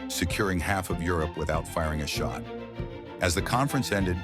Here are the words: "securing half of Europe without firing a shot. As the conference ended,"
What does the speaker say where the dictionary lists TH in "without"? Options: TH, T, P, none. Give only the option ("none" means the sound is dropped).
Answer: TH